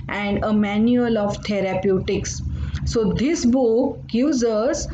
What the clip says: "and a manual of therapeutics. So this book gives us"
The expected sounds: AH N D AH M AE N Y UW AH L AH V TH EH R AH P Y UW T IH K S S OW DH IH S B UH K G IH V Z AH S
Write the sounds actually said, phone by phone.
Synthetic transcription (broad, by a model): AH N D AH M AE N Y UW AH L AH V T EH R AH P Y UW T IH K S S OW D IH S B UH K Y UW Z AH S